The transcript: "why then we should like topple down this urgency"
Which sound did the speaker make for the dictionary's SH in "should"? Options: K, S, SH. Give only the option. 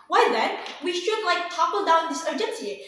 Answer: SH